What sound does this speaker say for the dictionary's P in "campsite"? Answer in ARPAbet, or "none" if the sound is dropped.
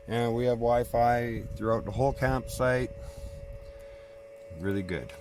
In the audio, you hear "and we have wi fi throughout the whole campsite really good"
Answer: P